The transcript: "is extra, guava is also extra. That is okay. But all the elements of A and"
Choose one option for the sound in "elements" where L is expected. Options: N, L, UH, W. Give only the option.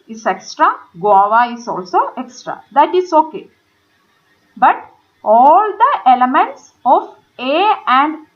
L